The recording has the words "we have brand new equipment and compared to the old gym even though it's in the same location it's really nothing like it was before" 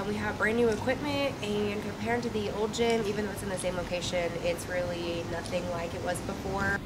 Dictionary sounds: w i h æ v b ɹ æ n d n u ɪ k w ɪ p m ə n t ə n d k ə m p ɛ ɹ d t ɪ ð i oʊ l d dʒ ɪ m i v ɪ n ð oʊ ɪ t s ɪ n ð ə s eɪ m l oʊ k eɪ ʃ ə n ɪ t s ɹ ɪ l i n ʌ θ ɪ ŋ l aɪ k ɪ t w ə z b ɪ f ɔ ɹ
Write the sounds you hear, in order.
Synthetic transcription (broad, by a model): w i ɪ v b ɹ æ n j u ɪ k w ɪ p m ə n t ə n k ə m p ɛ ɹ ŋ t ɪ ð i oʊ l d dʒ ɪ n i v ɪ n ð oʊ ɪ t s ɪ n ð ə s eɪ m l oʊ k eɪ ʃ ə n ɪ t s ɹ ɪ l i n ʌ θ ɪ ŋ l aɪ k ɪ t w ə z b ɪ f ɔ ɹ